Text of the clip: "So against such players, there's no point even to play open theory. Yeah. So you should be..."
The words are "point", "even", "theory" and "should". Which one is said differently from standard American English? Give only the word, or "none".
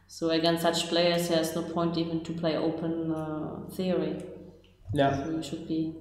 none